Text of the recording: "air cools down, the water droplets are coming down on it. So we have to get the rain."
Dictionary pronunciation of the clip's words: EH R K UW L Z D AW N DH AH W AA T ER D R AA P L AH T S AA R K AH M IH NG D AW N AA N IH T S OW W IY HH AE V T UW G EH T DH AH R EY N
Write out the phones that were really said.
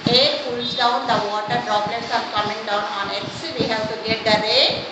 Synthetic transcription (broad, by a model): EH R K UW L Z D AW N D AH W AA T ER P R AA B L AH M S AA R K AH M IH NG D AW N AA N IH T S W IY HH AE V T UW G EH T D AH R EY